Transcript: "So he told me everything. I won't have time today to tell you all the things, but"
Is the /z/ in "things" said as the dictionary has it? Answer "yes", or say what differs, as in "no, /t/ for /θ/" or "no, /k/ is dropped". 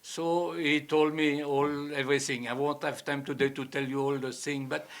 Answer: no, /z/ is dropped